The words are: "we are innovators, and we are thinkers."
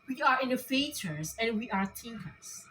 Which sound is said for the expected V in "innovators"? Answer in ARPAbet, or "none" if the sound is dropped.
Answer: F